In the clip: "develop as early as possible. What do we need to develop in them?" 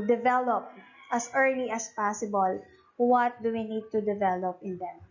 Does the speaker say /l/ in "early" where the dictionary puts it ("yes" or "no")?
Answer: yes